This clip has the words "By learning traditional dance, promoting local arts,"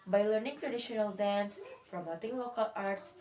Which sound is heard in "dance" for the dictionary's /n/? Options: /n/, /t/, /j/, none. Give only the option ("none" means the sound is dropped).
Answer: /n/